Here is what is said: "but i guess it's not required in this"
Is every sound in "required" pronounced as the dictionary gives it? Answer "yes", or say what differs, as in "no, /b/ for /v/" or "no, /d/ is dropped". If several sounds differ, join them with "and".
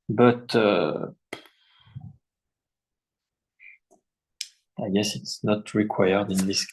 yes